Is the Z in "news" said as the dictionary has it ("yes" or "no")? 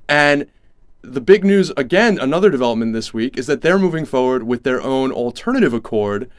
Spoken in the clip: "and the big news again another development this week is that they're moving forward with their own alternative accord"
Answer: yes